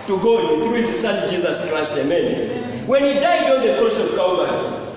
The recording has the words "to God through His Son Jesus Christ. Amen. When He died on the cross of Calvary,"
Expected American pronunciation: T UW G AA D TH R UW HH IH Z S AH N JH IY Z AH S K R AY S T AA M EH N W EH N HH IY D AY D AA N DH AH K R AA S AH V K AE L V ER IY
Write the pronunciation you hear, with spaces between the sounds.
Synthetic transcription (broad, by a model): T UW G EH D TH R UW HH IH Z S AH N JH IY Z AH S K R AY S T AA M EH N W EH N HH IY D AY D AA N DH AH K AA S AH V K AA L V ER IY